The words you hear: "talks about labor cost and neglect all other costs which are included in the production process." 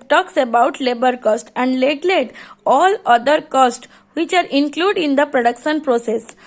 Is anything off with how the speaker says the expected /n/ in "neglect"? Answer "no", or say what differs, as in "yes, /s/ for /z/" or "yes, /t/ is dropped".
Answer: yes, /l/ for /n/